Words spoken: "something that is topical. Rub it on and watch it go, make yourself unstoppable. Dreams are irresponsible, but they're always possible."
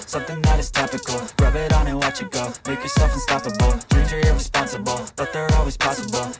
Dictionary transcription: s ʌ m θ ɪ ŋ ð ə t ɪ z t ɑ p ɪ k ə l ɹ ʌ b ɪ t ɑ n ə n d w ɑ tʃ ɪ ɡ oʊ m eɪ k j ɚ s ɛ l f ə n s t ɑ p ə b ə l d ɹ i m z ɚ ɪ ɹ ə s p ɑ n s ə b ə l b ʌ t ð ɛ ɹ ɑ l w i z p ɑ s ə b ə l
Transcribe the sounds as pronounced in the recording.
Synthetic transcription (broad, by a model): s ʌ m θ ɪ ŋ ð ə t ɪ z t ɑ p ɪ k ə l ɹ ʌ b ɪ t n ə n w ɑ tʃ ɪ ɡ oʊ m eɪ k j ɚ s ɛ l f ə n s t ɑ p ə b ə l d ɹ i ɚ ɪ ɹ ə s p ɑ n s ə b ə l b ʌ t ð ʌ ɹ ɑ l w i z p ɑ s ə b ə l